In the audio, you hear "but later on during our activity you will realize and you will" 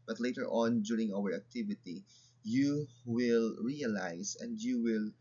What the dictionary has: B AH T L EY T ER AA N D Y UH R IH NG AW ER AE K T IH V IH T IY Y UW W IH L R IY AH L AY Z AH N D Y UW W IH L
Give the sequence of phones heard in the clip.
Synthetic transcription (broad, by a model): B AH T L EY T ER AA N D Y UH R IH NG AW ER AE K T IH V IH T IY Y UW W IH L R IY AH L AY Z AH N D Y UW W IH L